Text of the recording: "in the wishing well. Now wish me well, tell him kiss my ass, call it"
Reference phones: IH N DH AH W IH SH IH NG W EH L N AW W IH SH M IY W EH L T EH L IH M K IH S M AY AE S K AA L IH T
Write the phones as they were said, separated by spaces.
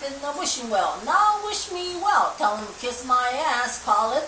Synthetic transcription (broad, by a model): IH N DH AH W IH SH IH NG W EH L N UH W IH SH M IY W EH L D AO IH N K IH S M AY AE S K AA L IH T